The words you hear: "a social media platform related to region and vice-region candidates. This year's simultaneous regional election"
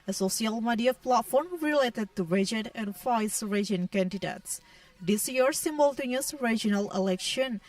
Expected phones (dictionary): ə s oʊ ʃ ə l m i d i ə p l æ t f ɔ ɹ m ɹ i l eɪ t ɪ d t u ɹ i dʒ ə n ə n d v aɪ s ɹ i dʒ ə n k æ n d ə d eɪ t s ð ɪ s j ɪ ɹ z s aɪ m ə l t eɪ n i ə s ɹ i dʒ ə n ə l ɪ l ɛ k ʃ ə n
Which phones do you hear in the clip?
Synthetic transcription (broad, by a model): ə s oʊ s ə l m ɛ d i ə p l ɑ t f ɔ ɹ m ɹ i l eɪ t ɪ d t u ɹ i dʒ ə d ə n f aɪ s ɹ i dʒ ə n k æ n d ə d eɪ t s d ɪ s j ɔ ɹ s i m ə l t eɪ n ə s ɹ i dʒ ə n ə l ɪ l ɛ k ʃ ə n